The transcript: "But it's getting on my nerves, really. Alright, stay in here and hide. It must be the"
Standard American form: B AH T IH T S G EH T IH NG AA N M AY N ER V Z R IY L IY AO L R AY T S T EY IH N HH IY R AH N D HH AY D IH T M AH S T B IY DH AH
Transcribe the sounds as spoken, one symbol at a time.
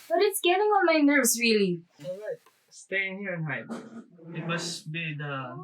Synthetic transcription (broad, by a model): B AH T IH T S G EH T IH NG AA N M AY N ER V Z R IY L IY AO R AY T S T EY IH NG HH IY R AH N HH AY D IH T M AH S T B IY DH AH